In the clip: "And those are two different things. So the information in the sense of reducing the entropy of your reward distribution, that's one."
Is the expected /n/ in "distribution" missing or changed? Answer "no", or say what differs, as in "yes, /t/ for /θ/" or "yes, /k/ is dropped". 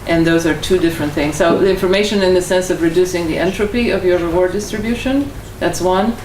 no